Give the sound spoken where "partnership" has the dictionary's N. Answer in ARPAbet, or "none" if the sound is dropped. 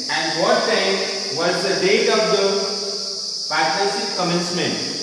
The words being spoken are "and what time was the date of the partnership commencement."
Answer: none